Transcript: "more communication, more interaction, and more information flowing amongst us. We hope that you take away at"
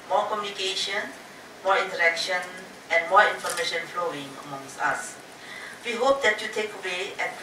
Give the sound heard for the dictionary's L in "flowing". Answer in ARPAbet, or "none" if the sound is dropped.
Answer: L